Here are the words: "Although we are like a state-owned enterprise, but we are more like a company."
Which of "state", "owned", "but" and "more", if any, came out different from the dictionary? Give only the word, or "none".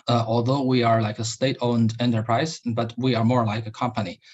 none